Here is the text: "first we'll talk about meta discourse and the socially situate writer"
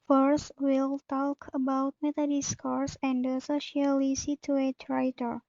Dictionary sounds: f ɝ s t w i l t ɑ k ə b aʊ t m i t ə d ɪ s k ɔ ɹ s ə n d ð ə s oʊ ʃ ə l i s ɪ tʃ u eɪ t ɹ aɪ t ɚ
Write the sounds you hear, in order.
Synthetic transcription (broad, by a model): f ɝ s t w i l t ɑ k ə b aʊ t m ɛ t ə d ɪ s k ɔ ɹ s ə n d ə s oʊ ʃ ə l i s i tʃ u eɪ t ɹ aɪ t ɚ